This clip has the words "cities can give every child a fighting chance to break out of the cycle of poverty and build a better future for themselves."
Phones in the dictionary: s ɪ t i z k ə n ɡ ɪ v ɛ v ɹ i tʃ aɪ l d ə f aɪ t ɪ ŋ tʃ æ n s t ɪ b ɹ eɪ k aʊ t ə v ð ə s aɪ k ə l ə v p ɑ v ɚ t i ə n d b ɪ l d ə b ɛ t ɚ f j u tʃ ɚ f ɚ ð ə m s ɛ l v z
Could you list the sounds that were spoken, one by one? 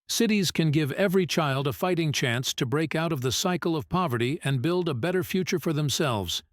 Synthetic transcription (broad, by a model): s ɪ t i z k ə n ɡ ɪ v ɛ v ɹ i tʃ aɪ l d ə f aɪ t ɪ ŋ tʃ æ n s t ɪ b ɹ eɪ k aʊ t ə v ð ə s aɪ k l ə v p ɑ v ɚ t i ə n b ɪ l d ə b ɛ t ɚ f j u tʃ ɚ f ɚ ð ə m s ɛ l v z